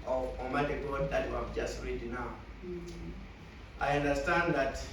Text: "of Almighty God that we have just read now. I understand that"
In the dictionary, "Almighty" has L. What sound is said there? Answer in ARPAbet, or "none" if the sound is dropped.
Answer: none